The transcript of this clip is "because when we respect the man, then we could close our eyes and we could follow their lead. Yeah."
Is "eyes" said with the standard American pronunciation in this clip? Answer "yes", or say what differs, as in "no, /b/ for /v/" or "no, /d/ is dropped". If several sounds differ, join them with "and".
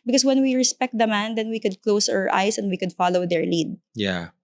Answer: no, /s/ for /z/